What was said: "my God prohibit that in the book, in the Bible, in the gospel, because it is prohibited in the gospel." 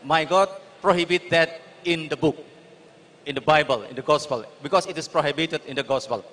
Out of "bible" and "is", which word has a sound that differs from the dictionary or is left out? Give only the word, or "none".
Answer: is